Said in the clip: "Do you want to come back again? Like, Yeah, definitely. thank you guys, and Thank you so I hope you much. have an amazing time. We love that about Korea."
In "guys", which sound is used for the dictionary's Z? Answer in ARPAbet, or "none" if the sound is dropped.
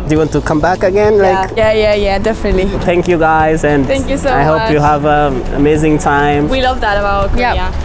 Z